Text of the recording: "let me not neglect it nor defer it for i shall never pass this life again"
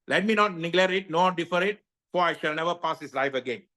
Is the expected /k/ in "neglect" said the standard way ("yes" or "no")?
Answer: no